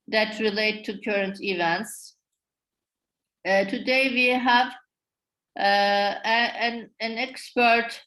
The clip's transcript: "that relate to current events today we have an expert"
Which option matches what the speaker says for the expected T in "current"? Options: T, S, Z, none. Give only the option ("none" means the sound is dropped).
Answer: T